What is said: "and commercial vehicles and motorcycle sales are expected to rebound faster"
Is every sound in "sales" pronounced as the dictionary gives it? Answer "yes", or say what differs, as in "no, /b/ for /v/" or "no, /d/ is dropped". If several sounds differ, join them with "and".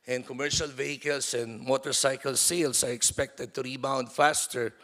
no, /s/ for /z/